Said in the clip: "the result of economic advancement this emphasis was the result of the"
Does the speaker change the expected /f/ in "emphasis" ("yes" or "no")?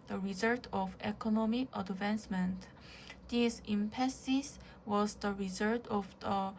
yes